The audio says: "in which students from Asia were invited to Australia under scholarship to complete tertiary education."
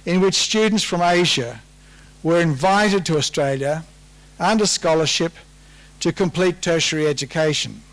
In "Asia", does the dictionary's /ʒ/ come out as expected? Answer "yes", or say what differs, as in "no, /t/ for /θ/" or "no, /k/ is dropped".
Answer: yes